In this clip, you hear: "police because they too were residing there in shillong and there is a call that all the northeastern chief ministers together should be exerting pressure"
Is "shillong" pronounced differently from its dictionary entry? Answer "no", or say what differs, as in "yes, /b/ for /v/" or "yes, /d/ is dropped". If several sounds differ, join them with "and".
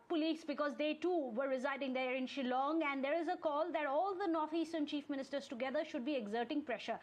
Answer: no